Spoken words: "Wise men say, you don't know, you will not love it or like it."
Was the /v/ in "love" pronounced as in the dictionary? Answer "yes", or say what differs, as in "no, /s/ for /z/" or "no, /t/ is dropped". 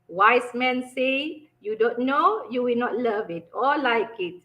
yes